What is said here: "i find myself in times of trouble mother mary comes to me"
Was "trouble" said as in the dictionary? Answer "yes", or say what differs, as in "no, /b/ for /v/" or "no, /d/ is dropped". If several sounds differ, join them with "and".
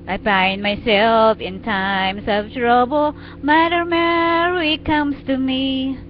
yes